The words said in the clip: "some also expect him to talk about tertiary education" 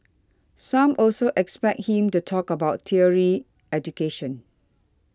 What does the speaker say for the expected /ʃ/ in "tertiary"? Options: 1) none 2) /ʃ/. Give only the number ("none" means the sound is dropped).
1